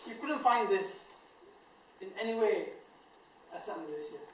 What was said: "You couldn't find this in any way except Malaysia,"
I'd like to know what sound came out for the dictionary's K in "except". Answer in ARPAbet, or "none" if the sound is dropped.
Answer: none